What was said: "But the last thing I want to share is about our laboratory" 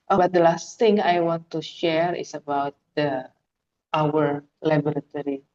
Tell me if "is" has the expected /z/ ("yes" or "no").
no